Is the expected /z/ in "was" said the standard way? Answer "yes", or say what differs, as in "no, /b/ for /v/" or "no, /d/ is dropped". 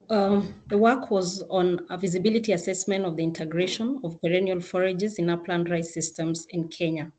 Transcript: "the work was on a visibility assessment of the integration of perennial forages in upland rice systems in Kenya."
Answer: yes